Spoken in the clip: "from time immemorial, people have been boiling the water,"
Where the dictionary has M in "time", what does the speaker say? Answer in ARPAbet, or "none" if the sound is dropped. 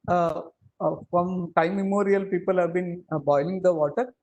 none